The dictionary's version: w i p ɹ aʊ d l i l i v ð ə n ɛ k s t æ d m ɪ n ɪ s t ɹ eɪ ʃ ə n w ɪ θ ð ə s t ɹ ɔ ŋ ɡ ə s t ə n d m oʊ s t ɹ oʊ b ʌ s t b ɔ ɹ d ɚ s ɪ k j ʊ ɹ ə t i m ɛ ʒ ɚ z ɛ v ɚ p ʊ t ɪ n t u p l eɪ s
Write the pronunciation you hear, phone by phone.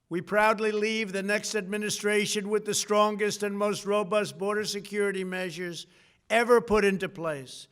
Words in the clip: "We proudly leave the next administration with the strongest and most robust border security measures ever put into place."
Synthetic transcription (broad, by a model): w i p ɹ aʊ d l i l i v ð ə n ɛ k s t æ d m ɪ n ɪ s t ɹ eɪ ʃ ə n w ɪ ð ə s t ɹ ɔ ŋ ɡ ə s t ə n m oʊ s t ɹ oʊ b ʌ s t b ɔ ɹ d ɚ s ɪ k j ʊ ɹ ə t i m ɛ ʒ ɚ z ɛ v ɚ p ʊ t ɪ n t u p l eɪ s